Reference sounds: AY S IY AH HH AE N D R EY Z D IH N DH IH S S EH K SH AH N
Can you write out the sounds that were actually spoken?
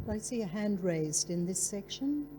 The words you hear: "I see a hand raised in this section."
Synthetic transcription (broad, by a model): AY S IY AH HH AE N D R EY Z D IH N DH IH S S EH K SH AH N